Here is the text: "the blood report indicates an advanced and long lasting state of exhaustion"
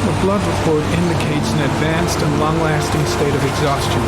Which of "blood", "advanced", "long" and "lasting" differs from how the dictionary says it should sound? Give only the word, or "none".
none